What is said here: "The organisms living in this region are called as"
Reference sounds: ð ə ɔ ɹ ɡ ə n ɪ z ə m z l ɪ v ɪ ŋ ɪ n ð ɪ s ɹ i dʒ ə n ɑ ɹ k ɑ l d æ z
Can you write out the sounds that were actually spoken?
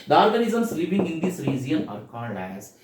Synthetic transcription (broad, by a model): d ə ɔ ɹ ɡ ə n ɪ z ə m s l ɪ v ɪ ŋ ɪ n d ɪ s ɹ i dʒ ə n ɑ ɹ k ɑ n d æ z